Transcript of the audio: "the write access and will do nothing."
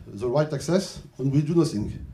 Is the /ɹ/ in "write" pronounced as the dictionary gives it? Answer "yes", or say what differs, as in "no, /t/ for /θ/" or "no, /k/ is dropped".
yes